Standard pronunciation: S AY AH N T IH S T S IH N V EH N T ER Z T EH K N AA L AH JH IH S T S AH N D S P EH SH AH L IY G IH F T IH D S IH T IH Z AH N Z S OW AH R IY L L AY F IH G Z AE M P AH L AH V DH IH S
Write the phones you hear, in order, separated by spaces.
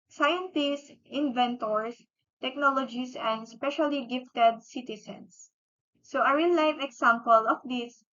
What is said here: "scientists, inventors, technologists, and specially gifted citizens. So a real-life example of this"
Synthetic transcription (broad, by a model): S AY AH N T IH S T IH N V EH N T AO S T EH K N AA L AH JH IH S S AH N D S P EH SH AH L IY G IH F T IH D S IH T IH S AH N S OW AH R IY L L AY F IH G S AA M P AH L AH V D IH S